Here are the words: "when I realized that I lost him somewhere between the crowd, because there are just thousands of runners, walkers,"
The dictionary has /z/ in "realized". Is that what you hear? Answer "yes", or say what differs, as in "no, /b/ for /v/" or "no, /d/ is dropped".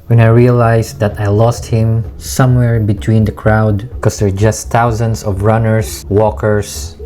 no, /s/ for /z/